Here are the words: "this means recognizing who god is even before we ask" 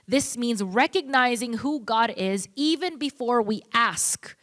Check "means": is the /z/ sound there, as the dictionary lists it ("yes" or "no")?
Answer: yes